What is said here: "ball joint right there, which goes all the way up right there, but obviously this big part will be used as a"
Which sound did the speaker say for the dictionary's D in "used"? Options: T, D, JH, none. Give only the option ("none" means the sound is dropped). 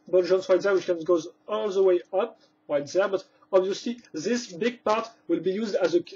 D